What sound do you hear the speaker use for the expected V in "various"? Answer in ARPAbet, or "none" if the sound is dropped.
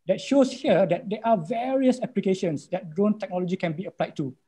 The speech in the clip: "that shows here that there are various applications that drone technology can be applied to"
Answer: V